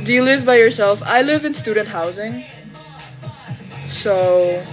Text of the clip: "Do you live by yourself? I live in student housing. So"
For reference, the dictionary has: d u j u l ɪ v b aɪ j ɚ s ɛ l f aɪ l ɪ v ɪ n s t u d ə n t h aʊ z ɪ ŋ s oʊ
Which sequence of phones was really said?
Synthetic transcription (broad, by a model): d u j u l ɪ v b aɪ j ɚ s ɛ l f aɪ l ɪ v ɪ n s t u d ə n t h aʊ z ɪ ŋ s oʊ